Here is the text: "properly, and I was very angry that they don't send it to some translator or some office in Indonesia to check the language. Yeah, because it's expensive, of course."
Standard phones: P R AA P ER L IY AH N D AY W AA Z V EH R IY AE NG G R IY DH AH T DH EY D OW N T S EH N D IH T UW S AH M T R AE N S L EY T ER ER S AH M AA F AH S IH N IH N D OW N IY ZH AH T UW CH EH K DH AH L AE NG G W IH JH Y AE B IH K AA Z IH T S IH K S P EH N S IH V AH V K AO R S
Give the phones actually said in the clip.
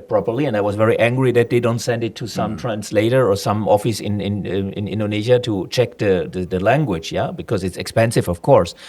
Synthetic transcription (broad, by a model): P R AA P ER L IY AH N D AY W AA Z V EH R IY AE NG G R IY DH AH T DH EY D OW N T S EH N D IH T UW S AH M T R AE N S L EY T ER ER S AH M AA F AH S IH N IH N D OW N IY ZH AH T UW CH EH K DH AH L AE NG G W IH JH Y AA B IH K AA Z IH T S IH K S P EH N S IH V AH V K AO R S